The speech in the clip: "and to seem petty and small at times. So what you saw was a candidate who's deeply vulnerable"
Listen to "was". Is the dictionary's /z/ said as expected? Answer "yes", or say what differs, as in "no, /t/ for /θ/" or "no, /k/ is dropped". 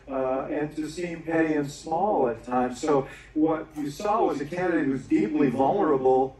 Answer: yes